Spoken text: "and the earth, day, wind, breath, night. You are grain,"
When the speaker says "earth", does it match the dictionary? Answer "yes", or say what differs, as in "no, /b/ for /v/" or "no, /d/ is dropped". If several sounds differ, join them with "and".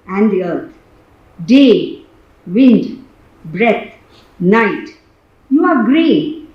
no, /t/ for /θ/